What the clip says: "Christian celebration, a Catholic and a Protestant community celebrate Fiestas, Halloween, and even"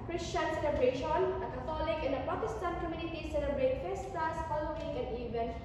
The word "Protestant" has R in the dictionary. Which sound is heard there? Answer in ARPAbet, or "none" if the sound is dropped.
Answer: none